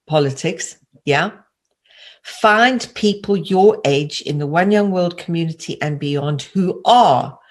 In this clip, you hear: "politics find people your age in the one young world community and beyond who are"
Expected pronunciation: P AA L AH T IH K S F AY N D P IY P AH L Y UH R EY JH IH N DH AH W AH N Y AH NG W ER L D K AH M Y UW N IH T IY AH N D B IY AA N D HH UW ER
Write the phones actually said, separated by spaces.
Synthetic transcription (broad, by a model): P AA L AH T IH K S F AY N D P IY P AH L Y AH R EY JH IH N DH AH W AH N Y AH NG W ER L D K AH M Y UW N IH T IY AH N B IY AA N D HH UW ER